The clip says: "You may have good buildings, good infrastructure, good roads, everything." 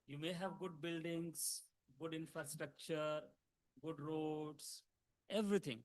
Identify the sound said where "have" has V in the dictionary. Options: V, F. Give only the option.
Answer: V